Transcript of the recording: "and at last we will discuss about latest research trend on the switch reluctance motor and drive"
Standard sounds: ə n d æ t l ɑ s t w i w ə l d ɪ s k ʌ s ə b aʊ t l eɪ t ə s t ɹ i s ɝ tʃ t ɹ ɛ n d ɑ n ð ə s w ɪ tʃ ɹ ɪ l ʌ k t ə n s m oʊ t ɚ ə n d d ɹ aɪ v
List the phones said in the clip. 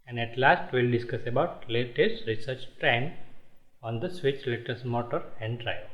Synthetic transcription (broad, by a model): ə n d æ t l ɑ s t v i l d ɪ s k ʌ s ə b aʊ t l eɪ t ə s t ɹ i s ɝ tʃ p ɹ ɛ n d ɑ n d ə s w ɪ tʃ l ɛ t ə s m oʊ t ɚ ə n d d ɹ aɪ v